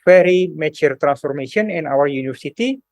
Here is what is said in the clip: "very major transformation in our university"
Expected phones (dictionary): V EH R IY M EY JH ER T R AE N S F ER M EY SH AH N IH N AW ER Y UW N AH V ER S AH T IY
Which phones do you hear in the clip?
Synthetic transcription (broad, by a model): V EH R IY M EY CH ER T R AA N S F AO M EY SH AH N IH N AW ER Y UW N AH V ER S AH T IY